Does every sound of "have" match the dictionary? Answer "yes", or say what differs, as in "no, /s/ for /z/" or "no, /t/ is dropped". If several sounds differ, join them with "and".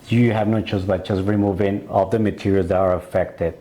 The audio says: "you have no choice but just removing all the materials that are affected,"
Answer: yes